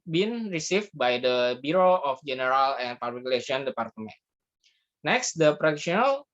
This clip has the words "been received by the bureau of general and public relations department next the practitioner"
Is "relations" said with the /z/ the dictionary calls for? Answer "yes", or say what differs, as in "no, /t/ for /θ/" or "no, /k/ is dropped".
no, /z/ is dropped